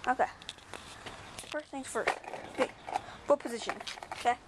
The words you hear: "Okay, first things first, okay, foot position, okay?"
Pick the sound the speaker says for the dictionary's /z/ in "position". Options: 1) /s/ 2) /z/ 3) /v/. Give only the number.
2